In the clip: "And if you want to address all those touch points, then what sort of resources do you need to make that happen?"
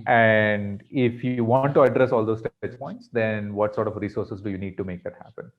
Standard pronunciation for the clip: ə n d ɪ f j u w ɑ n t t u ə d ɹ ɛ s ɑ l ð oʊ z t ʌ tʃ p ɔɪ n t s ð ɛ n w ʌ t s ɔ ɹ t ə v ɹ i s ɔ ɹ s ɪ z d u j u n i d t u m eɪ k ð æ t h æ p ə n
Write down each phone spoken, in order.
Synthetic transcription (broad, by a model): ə n d ɪ f j u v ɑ n t t u ə d ɹ ɛ s ɑ l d oʊ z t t s p ɔɪ n t s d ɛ n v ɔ t s ɔ ɹ t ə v ɹ i s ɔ ɹ s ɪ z d u j u n i d t u m eɪ k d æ t h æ p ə n